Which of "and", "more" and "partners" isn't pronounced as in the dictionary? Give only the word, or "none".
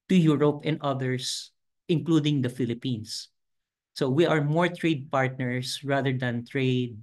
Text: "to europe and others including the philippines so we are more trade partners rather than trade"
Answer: partners